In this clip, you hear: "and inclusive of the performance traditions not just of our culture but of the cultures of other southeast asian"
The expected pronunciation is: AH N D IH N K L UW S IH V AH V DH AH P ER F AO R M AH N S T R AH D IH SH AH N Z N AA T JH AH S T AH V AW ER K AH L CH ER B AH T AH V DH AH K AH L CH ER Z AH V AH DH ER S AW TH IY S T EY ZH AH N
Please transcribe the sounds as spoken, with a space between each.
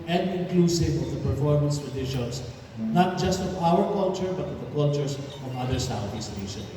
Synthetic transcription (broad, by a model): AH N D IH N K L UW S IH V AH V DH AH P ER F AO R M AH N S T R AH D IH SH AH N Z N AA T JH AH S T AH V AW ER K AH L CH ER B AH T AH V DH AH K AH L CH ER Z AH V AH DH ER S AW T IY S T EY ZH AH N